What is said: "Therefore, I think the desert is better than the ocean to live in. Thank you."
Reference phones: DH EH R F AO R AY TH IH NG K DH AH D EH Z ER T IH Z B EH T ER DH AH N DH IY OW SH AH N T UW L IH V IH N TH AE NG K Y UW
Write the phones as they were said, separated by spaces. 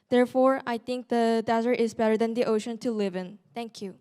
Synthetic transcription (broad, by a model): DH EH R F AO R AY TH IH NG K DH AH D EH Z ER T IH Z B EH T ER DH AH N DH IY OW SH AH N T UW L IH V IH N T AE NG K Y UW